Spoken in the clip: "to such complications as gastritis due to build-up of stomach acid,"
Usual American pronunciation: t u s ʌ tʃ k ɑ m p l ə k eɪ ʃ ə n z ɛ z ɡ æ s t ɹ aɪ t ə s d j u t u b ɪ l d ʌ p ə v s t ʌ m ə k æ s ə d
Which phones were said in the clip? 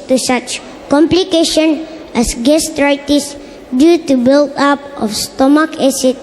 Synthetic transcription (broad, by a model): t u s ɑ tʃ k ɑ m p l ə k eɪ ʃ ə n ɛ s ɡ æ s t ɹ aɪ t ə s d j u t u b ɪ l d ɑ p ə f s t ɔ m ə k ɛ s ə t